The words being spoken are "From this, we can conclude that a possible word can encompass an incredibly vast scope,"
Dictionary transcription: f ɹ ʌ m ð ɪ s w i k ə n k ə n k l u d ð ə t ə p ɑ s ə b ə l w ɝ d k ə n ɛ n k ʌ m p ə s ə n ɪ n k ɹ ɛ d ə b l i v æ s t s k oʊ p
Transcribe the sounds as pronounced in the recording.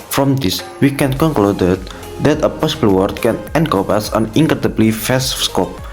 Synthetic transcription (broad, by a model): f ɹ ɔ m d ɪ s w i k ə n k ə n k l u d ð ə t ə p ɑ s ə b ə l w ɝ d k ə n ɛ n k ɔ p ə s ə n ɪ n k ɹ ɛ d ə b l i f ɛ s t s k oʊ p